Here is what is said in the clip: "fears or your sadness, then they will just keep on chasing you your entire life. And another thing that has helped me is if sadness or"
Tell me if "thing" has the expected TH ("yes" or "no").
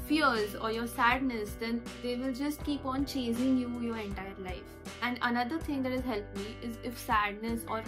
no